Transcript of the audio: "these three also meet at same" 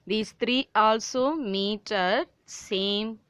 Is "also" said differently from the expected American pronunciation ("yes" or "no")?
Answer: no